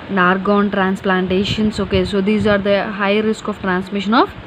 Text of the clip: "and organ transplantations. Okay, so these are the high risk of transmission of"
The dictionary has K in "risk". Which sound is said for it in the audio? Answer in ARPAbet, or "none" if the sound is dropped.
K